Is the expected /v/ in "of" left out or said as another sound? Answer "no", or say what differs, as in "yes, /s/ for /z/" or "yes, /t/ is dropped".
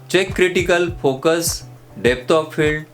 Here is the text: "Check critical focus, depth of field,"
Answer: yes, /p/ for /v/